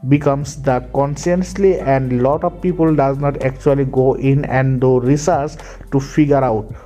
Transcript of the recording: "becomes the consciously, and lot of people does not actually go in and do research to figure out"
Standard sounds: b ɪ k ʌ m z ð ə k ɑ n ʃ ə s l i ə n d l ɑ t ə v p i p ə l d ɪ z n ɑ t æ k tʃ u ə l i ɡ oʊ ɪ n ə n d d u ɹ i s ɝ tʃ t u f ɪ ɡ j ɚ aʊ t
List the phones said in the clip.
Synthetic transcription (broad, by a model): b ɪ k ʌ m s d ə k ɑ n s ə s l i ə n d l ɑ t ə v p i p ə l d ɪ z n ɑ t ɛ k tʃ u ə l i ɡ oʊ ɪ n ə n d d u ɹ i s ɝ s t u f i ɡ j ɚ aʊ t